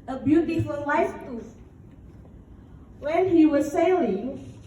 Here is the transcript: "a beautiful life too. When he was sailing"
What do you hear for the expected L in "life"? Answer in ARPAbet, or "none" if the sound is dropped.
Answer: W